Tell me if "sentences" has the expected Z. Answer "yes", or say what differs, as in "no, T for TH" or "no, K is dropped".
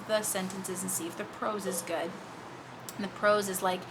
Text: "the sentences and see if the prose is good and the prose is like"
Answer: yes